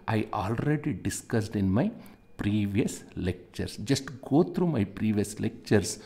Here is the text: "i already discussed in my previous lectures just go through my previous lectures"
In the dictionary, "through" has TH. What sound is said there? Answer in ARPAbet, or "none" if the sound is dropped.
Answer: T